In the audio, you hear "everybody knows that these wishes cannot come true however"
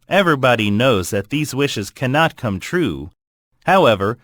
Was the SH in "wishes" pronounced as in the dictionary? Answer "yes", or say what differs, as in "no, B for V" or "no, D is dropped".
yes